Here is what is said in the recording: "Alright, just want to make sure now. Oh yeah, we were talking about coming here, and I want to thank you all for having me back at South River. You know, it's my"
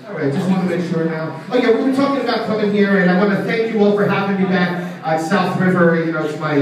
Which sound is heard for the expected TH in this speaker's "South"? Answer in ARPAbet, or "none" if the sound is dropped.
TH